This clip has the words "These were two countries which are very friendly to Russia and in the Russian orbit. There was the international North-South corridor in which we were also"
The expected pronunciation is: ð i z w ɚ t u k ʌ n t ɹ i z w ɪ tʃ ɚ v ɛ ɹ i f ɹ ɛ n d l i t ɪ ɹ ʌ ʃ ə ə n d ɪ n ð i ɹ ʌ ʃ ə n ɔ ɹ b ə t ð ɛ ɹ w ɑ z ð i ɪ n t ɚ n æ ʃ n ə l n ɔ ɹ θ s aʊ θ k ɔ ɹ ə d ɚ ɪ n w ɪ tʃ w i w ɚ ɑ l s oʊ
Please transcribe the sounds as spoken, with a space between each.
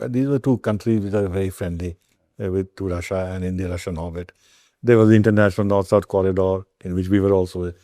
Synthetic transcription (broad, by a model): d i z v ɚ t u k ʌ n t ɹ i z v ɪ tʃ ɚ v ɛ ɹ i f ɹ ɛ n d l i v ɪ ɹ ʌ ʃ ə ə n d ɪ n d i ɹ ʌ ʃ ə n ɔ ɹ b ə t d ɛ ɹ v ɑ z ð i ɪ n t ɚ n æ ʃ n ə l n ɔ ɹ t s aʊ t k ɔ ɹ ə d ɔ ɪ n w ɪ tʃ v i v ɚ ɑ l s oʊ